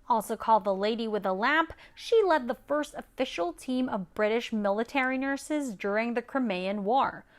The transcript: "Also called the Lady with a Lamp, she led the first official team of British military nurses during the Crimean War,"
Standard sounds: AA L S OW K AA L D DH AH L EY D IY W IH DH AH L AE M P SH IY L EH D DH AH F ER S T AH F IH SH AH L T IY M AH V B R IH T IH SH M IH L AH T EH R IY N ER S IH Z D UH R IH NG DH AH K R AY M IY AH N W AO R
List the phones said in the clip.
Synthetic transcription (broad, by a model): AA L S OW K AA L D DH AH L EY D IY W IH DH AH L AE M P SH IY L EH D DH AH F ER S T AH F IH SH L T IY M AH V B R IH T IH SH M IH L AH T EH R IY N ER S IH Z D UH R IH NG DH AH K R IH M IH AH N W AO R